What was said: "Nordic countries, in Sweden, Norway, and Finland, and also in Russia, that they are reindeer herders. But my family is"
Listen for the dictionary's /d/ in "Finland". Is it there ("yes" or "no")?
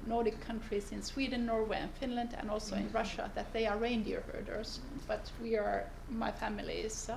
yes